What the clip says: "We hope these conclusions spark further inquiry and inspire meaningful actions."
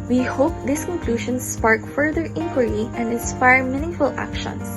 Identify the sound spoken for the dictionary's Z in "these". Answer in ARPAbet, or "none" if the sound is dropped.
S